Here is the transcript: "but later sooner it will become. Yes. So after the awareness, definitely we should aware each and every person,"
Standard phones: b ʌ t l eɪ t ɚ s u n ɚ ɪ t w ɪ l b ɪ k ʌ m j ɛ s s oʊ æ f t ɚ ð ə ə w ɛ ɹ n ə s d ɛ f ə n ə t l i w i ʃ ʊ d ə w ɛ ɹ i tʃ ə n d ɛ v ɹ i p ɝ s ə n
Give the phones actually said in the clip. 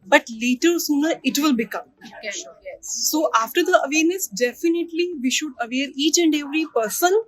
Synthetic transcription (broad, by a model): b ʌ t l eɪ t ɚ s u n ɚ ɪ t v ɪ l b ɪ k ʌ m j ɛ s s oʊ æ f t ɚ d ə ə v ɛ ɹ n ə s d ɛ f ə n ə t l i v i ʃ ʊ d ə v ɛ ɹ i tʃ ə n d ɛ v ɹ i p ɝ s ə n